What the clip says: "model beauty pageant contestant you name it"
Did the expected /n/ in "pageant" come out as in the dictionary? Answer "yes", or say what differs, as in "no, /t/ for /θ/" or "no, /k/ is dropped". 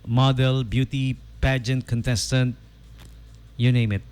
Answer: yes